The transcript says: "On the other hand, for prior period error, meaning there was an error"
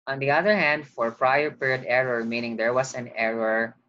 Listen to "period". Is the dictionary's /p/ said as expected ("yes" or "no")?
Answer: yes